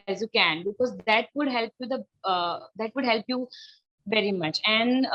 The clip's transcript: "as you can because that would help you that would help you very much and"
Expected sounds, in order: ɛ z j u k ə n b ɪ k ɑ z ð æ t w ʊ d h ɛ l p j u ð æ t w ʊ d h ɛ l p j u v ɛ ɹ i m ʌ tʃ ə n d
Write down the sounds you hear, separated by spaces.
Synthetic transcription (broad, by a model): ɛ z j u k ə n b ɪ k ɑ z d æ t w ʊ d h ɛ l p j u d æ t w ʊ d h ɛ l p j u v ɛ ɹ i m ʌ tʃ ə n d